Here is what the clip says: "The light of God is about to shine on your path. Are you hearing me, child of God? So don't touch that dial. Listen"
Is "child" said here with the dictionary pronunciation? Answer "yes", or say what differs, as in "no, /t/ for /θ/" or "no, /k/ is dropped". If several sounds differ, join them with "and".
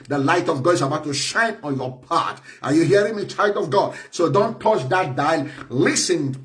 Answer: yes